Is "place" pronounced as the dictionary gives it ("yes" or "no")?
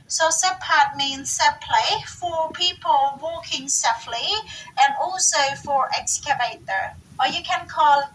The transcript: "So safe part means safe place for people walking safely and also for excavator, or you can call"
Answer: no